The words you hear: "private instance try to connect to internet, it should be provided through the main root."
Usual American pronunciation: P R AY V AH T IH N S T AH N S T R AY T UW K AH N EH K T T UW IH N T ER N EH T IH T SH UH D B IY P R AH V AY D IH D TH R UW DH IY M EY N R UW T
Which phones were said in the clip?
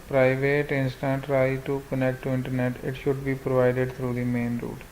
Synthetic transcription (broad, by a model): P R AY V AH T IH N S T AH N T R AY T UW K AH N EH K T T UW IH N T ER N EH T IH T SH UH D B IY P R AH V AY D IH D T R UW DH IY M EY N R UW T